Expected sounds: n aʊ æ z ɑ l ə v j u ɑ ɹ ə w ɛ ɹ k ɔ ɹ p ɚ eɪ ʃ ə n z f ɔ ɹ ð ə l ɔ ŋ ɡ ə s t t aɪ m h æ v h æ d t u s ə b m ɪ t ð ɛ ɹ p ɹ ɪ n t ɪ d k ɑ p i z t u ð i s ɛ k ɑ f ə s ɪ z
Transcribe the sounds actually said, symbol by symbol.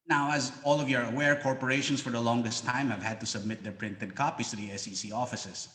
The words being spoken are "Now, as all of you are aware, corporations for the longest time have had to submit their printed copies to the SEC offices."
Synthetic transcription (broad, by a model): n aʊ æ z ɑ l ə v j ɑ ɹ ə w ɛ ɹ k ɔ ɹ p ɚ eɪ ʃ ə n s f ɔ ɹ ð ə l ɔ ŋ ɡ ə s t t aɪ m h æ v h æ d t u s ə b m ɪ t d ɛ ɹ p ɹ ɪ n t ɪ d k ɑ p i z t u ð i s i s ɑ f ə s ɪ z